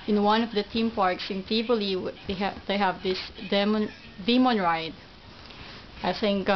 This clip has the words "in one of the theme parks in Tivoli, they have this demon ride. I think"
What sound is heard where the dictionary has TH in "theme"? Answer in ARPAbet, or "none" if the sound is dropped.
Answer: T